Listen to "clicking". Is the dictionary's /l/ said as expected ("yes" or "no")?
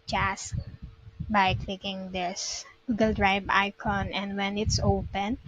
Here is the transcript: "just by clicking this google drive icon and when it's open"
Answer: yes